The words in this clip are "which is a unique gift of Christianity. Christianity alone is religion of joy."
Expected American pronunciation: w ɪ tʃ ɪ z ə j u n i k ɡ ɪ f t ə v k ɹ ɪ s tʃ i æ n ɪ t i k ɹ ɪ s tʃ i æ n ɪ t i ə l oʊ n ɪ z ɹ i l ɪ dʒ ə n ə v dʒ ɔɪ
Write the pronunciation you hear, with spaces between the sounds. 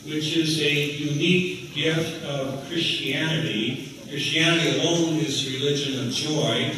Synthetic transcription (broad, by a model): w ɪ tʃ ɪ z ə j u n i k ɡ ɪ f t ə v k ɹ ɪ s tʃ i æ n ɪ t i k ɹ ɪ s tʃ i æ n ɪ t i ə l oʊ n ɪ z ɹ i l ɪ dʒ ə n ə v dʒ ɔɪ